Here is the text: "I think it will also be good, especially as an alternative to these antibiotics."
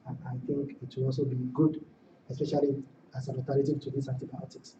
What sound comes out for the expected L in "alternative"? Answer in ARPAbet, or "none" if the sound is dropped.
none